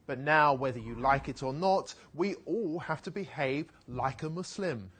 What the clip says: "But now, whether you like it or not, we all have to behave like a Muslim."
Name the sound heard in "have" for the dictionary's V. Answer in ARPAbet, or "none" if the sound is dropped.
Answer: F